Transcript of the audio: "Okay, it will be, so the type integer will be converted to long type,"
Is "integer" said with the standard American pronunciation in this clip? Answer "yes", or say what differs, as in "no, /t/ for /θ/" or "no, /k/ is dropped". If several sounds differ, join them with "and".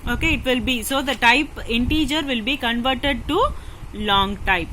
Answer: yes